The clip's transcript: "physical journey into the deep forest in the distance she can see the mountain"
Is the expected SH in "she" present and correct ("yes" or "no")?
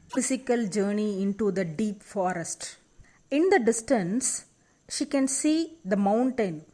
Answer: yes